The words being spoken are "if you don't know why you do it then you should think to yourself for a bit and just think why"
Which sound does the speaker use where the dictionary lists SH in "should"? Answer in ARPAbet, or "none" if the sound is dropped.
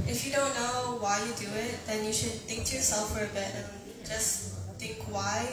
SH